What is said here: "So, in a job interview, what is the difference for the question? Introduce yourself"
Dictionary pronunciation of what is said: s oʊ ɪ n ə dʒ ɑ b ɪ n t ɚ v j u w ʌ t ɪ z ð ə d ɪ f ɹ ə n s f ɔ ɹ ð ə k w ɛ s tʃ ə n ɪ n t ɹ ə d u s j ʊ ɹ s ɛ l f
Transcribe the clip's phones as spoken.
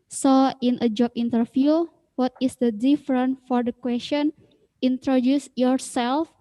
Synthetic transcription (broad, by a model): s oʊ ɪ n ə dʒ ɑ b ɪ n t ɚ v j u w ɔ t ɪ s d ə d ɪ f ɹ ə n f ɔ ɹ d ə k w ɛ s tʃ ə n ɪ n t ɹ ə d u s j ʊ ɹ s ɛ l f